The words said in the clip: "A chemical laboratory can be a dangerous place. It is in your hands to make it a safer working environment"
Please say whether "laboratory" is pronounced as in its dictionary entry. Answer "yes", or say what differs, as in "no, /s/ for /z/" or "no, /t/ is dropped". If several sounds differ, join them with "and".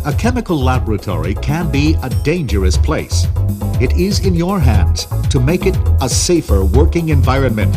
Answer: yes